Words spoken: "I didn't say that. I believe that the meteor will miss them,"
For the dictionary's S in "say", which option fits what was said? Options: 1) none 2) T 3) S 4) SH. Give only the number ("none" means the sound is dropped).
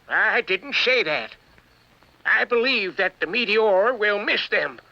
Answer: 4